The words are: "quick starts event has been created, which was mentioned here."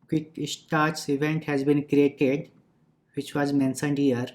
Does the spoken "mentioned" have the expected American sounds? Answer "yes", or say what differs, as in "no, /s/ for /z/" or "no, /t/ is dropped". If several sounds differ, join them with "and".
no, /s/ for /ʃ/